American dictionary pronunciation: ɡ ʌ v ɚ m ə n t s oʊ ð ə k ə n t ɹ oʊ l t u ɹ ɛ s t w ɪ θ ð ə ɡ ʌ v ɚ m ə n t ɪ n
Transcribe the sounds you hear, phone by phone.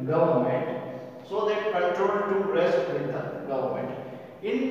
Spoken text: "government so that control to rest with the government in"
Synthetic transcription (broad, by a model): ɡ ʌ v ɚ m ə n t s oʊ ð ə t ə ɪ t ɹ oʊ n t u ɹ ɛ s t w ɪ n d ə ɡ ʌ v ɚ m ə n t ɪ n